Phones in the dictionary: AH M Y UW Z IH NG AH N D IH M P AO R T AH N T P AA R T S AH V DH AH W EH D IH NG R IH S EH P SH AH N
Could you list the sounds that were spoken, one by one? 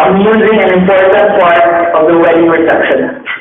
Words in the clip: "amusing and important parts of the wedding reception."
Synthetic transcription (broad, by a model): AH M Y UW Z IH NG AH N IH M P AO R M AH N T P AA R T AH V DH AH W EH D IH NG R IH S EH P SH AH N